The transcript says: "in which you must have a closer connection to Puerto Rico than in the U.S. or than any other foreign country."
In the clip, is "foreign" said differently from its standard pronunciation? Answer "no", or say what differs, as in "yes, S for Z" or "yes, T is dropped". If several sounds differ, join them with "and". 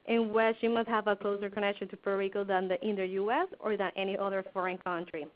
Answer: no